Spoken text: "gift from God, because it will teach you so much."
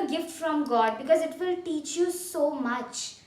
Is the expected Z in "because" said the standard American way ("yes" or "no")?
yes